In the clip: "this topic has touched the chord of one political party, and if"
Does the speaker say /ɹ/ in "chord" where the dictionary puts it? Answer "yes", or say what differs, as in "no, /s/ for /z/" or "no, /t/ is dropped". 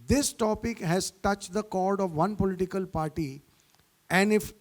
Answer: yes